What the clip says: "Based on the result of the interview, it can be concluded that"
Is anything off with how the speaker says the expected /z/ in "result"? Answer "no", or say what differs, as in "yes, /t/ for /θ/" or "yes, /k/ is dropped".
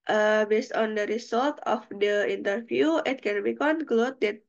yes, /s/ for /z/